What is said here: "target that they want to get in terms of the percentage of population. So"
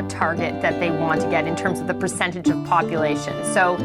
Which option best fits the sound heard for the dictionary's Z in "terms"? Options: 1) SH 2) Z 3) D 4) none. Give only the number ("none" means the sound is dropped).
2